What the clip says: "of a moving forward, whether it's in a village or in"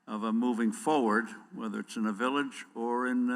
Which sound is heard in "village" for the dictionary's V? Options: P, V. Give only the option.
V